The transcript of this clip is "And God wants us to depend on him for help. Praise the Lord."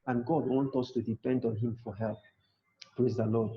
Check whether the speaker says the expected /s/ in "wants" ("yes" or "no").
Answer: no